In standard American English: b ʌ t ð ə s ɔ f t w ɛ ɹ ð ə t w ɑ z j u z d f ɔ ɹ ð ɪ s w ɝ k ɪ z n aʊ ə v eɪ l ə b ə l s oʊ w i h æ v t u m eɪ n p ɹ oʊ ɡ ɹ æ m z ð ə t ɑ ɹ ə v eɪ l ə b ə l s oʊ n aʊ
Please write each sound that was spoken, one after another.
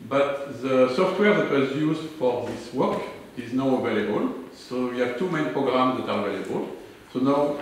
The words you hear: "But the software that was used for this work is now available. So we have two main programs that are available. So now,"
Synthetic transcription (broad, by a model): b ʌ t ð ə s ɔ f t w ɛ ɹ ð ə t w ɑ z j u z d f ɔ ɹ ð ɪ s w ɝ k ɪ z n aʊ ə v eɪ l ə b ə l s oʊ w i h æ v t u m eɪ n p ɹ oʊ ɡ ɹ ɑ m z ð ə t ɑ ɹ ə v eɪ l ə b ə l s oʊ n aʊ